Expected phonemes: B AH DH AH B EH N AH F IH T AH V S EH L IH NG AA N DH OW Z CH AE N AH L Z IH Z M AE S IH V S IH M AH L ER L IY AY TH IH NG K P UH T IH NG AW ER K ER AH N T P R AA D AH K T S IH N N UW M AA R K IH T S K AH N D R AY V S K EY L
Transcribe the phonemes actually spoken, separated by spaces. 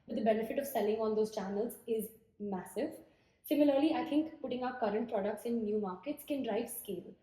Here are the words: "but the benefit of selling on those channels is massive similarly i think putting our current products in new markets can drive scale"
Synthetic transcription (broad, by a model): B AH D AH B EH N AH F IH T AH V S EH L IH NG AA N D OW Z CH AE N AH L Z IH Z M AE S IH V S IH M AH L ER L IY AY T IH NG K P UH T IH NG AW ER K ER AH N T P R AA D AH K T S IH N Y UW M AA R K IH T S K AH N D R AY V S K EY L